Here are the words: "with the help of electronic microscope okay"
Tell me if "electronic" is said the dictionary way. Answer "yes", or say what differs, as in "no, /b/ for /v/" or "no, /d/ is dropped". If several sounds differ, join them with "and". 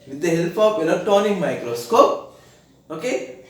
no, /k/ is dropped and /ɹ/ is dropped